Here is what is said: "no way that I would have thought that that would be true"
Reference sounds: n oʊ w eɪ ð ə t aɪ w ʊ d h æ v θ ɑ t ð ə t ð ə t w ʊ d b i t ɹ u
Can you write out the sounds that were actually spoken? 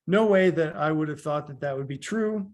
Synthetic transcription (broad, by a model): n oʊ w eɪ ð ə t aɪ w ʊ d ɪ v θ ɑ t ð ə t ð ə t w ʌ d b i t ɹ u